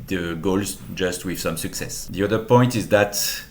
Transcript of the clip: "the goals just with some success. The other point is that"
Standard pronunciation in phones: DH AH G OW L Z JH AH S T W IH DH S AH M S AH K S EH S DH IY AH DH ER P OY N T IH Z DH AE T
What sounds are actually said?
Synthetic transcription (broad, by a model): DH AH G OW L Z JH AH S T W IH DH S AH M S AH K S EH S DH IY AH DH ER P OY N T IH Z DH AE T